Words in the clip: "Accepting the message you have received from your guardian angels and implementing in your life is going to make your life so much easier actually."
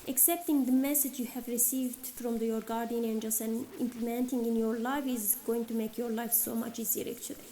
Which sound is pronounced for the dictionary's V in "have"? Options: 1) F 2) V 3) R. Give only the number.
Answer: 2